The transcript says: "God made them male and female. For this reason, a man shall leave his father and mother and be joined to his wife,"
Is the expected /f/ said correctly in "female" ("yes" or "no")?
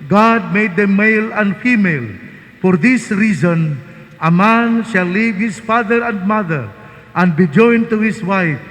yes